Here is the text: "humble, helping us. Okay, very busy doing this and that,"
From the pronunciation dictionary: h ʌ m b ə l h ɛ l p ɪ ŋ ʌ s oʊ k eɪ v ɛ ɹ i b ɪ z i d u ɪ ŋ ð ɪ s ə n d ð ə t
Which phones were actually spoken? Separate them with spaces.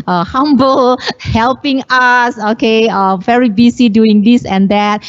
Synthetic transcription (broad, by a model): h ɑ m b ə l h ɛ l p ɪ ŋ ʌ s oʊ k eɪ v ɛ ɹ i b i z i d u ɪ ŋ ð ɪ s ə n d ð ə t